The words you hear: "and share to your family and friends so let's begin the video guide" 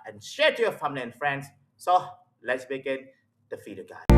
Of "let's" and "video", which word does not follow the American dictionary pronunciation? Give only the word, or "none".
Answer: video